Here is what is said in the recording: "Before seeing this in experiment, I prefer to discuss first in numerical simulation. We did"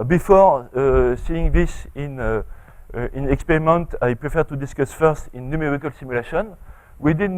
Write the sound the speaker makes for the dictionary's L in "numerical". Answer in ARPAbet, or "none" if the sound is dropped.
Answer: L